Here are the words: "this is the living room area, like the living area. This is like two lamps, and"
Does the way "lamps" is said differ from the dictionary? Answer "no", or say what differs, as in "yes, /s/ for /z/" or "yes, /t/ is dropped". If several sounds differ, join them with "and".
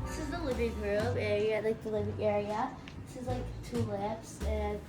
yes, /m/ is dropped